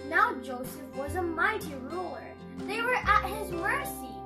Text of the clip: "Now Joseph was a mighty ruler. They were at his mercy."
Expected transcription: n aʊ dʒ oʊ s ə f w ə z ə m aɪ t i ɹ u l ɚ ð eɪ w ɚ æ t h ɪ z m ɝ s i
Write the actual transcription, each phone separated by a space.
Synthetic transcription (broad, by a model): n aʊ dʒ oʊ s ə f w ə z ə m aɪ t i ɹ u l ɚ ð eɪ w ɚ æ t h ɪ z m ɝ s i